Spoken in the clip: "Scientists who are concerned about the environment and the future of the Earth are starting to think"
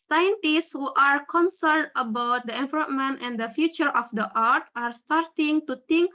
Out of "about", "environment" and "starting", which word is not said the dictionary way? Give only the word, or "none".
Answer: environment